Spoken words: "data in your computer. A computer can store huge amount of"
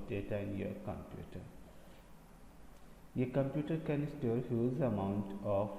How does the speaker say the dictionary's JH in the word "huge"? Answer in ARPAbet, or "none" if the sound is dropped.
Z